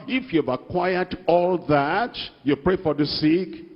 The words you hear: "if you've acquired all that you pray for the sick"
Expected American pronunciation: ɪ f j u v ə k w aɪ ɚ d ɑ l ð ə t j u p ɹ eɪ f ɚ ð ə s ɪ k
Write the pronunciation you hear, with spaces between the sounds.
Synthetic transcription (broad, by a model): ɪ f j u v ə k w aɪ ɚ d ɑ l ð ə t j u p ɹ eɪ f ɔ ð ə s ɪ k